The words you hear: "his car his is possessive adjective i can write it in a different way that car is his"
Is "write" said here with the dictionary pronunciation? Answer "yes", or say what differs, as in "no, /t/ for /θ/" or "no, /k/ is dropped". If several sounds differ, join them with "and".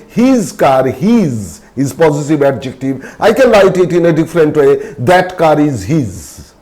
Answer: no, /l/ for /ɹ/